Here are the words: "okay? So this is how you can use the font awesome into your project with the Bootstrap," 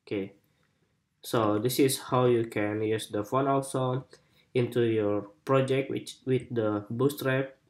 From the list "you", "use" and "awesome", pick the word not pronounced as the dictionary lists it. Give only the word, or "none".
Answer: awesome